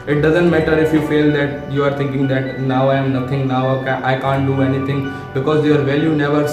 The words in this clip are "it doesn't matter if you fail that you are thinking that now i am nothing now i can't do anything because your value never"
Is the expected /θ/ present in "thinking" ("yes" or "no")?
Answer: no